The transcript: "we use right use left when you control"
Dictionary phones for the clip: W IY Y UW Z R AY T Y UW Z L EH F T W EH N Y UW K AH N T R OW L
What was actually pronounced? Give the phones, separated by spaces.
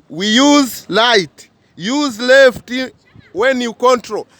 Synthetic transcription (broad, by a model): W IY Y UW Z L AY T Y UW Z L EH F T W EH N Y UW K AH N T R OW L